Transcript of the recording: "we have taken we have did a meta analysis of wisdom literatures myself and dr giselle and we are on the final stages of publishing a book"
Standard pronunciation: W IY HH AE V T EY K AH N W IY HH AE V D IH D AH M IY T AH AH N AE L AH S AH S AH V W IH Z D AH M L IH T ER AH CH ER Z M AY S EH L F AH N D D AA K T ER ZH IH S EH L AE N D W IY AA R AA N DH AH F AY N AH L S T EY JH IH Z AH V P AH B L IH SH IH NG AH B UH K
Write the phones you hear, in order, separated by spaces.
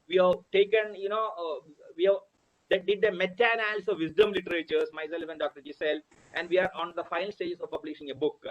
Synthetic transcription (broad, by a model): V IY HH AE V T EY K AH N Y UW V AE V D IH D AH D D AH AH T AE N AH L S AH V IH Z D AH M L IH T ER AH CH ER S M AY S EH L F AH N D D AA K T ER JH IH S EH L AE N D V IY AA R AA N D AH F AY N AH L S T EY JH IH S AH V P AH B L IH SH IH NG AH B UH K